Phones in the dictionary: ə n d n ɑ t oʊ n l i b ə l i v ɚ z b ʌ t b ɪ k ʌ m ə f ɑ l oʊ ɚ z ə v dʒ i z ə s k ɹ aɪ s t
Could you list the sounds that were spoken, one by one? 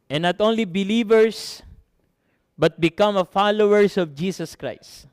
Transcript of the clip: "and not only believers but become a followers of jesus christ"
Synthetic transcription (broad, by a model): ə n n ɑ t oʊ n l i b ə l i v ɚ s b ʌ t b ɪ k ʌ m ə f ɑ l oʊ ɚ s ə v dʒ i s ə s k ɹ aɪ s t